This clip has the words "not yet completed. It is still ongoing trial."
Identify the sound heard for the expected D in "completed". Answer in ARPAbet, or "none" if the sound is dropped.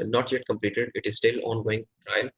D